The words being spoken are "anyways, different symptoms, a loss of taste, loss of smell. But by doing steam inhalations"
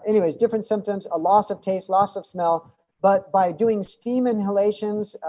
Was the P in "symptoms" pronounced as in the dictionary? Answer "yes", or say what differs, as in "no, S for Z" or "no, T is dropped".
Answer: yes